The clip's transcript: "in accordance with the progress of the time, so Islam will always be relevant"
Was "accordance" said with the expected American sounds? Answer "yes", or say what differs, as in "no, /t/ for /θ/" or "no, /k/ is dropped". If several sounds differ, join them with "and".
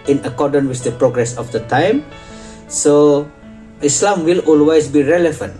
no, /s/ is dropped